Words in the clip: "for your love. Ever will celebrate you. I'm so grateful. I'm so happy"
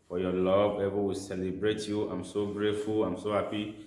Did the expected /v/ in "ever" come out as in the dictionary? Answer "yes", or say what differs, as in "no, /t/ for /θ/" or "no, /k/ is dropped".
no, /b/ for /v/